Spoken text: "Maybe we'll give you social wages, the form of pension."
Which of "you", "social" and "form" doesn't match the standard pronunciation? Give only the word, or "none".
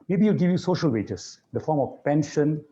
none